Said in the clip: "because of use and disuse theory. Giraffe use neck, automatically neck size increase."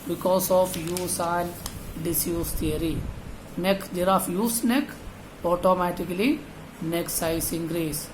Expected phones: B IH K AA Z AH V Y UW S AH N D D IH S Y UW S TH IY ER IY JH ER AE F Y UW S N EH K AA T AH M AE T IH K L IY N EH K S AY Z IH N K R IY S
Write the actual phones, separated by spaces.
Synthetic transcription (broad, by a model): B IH K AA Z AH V Y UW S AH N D D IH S Y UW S T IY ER IY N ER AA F Y UW S N EH K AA T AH M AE T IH K L IY N EH K S AY S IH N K R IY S